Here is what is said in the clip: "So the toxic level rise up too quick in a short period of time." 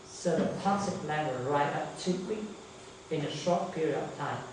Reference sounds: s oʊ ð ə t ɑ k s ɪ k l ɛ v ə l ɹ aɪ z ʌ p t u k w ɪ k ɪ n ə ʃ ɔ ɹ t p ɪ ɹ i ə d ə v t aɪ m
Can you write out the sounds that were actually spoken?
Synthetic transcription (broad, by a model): s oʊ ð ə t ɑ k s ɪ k l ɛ w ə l ɹ aɪ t ʌ p t u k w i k ɪ n ə ʃ ɔ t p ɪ ɹ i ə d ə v t aɪ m